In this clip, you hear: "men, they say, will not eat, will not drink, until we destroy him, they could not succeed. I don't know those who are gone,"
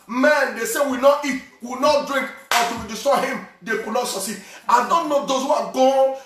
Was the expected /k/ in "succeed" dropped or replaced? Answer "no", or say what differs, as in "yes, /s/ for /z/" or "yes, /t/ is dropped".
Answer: yes, /k/ is dropped